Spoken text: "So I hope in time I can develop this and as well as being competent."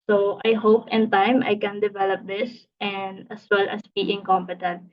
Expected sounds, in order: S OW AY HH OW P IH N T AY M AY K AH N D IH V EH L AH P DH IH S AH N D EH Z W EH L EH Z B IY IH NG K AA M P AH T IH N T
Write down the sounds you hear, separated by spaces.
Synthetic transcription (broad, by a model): S OW AY HH OW P IH N T AY M AY K AH N D IH V EH L AH P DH IH S AH N D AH S W EH L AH S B IY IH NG K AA M P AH T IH N T